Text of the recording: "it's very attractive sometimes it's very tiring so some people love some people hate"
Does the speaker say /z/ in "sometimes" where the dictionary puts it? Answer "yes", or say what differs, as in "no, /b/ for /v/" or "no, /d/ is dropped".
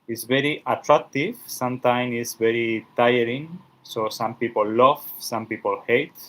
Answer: no, /z/ is dropped